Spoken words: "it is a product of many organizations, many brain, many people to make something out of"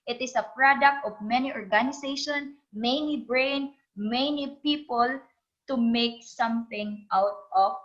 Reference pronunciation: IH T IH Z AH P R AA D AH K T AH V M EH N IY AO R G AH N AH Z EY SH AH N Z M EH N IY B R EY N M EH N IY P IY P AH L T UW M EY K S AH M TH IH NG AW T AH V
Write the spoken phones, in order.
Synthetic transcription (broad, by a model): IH T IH S AH P R AA D AH K T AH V M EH N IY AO R G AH N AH S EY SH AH N M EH N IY B R EY N M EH N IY P IY P AH L T UW M EY K S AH M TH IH NG AW T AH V